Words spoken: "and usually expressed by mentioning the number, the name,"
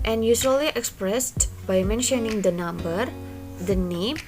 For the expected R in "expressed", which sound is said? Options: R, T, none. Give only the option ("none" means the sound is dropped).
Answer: R